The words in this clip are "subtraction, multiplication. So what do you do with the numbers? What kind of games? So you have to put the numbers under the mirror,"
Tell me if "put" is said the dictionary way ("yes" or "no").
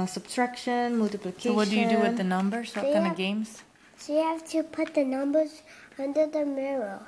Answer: yes